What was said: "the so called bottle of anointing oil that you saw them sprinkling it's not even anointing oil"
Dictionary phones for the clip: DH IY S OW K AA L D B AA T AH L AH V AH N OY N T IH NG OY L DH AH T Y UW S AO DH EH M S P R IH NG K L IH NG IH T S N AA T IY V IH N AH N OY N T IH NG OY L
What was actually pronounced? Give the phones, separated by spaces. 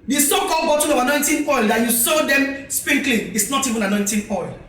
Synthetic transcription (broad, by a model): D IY S OW K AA L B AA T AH N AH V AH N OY N T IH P OY L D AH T Y UW S AO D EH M S P IH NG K L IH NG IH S N AA T IY V IH N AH N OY N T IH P OY L